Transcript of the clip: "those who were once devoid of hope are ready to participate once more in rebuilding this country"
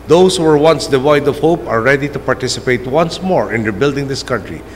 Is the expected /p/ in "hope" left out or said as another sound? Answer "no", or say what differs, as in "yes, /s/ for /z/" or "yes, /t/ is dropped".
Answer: no